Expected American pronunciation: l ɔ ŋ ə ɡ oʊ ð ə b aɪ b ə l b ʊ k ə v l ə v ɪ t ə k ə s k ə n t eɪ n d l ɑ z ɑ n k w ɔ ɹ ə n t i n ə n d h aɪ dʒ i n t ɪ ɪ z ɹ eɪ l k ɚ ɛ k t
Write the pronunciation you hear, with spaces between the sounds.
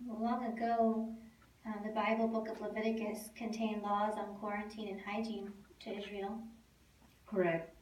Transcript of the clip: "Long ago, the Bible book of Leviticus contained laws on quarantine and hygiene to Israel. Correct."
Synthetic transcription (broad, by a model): l ɔ ŋ ə ɡ oʊ ð ə b aɪ b l b ʊ k ə v l ə v ɪ t ə k ə s k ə n t eɪ n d l ɑ z n k w ɔ ɹ ə n t i n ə n h aɪ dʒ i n t ɪ ɪ z ɹ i l k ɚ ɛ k t